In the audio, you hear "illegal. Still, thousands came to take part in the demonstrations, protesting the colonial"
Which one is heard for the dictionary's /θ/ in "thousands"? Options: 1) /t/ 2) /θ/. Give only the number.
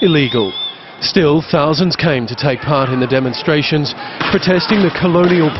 2